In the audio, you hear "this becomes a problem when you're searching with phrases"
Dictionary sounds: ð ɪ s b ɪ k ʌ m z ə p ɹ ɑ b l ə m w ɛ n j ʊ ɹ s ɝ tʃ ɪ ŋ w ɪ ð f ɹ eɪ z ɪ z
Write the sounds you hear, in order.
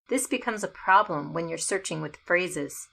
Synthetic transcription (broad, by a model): ð ɪ s b ɪ k ʌ m z ə p ɹ ɑ b l ə m w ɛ n j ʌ ɹ s ɝ tʃ ɪ ŋ w ɪ ð f ɹ eɪ z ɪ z